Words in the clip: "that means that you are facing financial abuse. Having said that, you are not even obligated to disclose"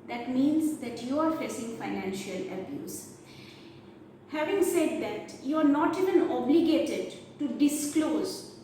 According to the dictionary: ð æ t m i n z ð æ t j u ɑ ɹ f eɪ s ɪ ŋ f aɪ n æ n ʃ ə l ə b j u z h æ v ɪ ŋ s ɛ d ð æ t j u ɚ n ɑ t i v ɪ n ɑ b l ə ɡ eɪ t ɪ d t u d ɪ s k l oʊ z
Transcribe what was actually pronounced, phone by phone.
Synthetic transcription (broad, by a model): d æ t m i n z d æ t j u ɑ ɹ f eɪ s ɪ ŋ f aɪ n æ n ʃ ə l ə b j u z h æ v ɪ ŋ s ɛ d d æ t j u ɚ n ɑ t i v ɪ n ɑ b l ə ɡ eɪ t ɪ d t u d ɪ s k l oʊ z